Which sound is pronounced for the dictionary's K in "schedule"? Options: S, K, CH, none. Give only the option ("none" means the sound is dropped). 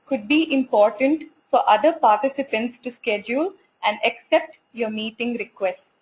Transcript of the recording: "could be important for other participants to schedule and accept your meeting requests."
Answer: K